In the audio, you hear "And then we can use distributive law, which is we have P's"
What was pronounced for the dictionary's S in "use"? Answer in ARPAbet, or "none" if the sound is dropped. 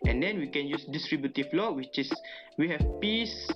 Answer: S